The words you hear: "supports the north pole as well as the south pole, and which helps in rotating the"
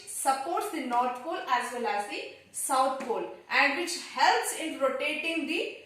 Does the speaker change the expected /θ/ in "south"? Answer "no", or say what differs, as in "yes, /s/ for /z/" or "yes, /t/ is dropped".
yes, /t/ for /θ/